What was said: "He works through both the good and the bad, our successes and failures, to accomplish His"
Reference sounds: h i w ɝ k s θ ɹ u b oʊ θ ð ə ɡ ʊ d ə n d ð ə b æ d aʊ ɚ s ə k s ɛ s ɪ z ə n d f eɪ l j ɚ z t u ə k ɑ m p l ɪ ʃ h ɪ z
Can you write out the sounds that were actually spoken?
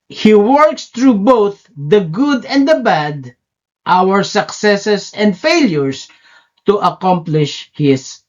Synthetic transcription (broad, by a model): h i w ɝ k s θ ɹ u b oʊ θ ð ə ɡ ʊ d ə n d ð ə b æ d aʊ ɚ s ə k s ɛ s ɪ s ə n d f eɪ l j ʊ s t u ə k ɑ m p l ɪ ʃ h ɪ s